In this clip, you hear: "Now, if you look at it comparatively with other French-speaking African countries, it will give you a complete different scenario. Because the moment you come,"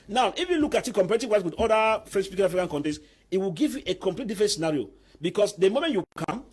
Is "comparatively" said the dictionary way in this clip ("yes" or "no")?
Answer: no